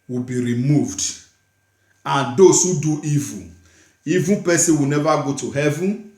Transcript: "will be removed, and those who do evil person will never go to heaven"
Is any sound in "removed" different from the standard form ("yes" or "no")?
no